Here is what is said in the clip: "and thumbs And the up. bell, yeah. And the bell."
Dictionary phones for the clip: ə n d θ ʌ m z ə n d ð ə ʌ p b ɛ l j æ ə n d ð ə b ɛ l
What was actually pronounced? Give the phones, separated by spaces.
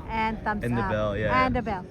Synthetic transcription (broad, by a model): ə n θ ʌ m ə n ð ə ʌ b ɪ l j æ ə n ð ə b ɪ l